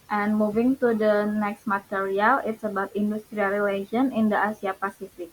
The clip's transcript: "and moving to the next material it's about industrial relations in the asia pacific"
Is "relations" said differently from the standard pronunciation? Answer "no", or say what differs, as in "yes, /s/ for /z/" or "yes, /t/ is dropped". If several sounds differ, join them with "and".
yes, /z/ is dropped